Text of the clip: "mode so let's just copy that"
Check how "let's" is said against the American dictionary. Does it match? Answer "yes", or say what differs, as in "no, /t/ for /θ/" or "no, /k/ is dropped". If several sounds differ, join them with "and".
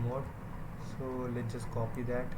no, /s/ is dropped